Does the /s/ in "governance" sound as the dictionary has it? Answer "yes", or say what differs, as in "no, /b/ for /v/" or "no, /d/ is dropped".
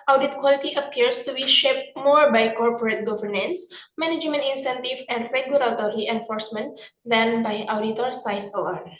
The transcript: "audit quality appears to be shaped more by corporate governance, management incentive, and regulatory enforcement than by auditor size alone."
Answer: yes